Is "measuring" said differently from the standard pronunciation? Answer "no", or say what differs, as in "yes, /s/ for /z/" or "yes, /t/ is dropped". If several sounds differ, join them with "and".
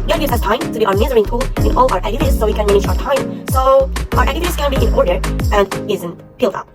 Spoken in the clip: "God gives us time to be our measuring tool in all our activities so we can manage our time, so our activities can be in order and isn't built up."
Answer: yes, /z/ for /ʒ/